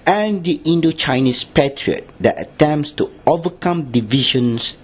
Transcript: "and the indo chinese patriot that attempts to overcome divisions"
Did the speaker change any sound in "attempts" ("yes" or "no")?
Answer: no